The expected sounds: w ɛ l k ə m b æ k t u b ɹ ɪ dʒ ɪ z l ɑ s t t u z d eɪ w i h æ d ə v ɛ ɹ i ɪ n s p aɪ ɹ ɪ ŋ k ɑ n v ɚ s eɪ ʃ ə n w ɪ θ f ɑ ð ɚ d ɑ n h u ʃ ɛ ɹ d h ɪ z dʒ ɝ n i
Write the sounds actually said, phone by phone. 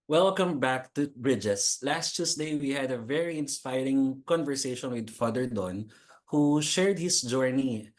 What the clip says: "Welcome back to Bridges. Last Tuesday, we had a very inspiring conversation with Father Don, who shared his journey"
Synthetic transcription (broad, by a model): w ɛ l k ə m b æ k t u b ɹ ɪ dʒ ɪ s l ɑ s t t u s d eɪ w i h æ d ə v ɛ ɹ i ɪ n s p aɪ ɹ ɪ ŋ k ɑ n v ɚ s eɪ ʃ ə n w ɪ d f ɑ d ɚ d ɑ n h u ʃ ɛ ɹ d h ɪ s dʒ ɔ n i